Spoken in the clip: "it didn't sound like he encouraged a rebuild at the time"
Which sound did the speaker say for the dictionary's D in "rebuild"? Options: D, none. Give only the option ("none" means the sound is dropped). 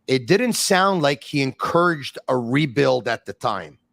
D